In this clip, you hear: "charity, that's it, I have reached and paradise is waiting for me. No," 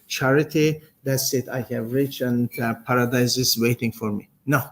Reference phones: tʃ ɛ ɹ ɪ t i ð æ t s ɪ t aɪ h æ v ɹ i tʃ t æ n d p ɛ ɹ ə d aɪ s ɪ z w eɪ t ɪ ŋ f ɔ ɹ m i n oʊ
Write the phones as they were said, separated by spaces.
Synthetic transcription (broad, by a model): tʃ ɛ ɹ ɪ t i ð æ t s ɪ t aɪ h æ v ɹ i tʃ æ n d p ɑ ɹ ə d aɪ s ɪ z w eɪ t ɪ ŋ f ɔ ɹ m i n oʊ